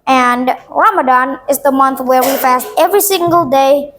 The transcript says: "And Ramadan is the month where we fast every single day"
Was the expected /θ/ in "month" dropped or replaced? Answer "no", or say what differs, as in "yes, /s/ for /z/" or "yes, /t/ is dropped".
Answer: no